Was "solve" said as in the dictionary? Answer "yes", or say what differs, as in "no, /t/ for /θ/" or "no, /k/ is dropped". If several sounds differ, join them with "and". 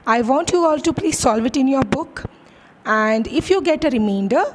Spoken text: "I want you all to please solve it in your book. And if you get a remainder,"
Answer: yes